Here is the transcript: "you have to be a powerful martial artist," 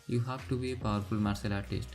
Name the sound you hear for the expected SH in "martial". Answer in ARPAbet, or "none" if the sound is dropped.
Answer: S